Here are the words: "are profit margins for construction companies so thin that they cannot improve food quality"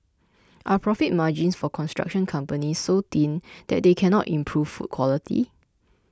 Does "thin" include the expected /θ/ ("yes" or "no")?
no